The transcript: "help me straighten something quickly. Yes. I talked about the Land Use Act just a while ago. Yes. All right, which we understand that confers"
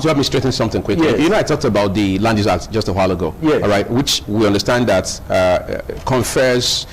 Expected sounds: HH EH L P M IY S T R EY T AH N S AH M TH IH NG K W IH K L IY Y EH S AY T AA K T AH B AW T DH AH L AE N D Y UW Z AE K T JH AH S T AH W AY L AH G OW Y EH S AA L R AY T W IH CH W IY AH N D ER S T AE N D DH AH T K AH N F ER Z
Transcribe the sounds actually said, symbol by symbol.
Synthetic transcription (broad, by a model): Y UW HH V M IY S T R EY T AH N S AH M TH IH NG K W IH K L IY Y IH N AY T AA K T AH B AW T DH AH L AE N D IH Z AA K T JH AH S T AH W AY L AH G OW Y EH AA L R AY T W IH CH W IY AH N D ER S T AE N D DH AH T K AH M F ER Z